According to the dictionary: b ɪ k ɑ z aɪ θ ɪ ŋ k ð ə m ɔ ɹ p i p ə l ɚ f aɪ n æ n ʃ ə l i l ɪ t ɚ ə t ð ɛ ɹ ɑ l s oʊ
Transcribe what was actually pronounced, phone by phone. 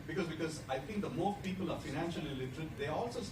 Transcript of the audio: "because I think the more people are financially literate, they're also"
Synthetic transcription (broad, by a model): b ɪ k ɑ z aɪ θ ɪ ŋ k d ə m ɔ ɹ p i p ə l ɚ f aɪ n æ n ʃ ə l i l ɪ t ɚ ə t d ɛ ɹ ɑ l s oʊ